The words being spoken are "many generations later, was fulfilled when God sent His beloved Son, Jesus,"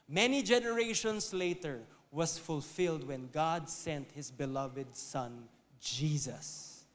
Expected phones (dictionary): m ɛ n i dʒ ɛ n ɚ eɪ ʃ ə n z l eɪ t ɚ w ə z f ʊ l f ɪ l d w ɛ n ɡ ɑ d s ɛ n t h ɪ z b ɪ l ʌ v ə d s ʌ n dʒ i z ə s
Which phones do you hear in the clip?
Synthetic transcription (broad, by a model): m ɛ n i dʒ ɛ n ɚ eɪ ʃ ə n s l eɪ t ɚ w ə s f ʊ l f ɪ l d w ɛ n ɡ ɑ d s ɛ n t h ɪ s b ɪ l ʌ v ə d s ʌ n dʒ i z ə s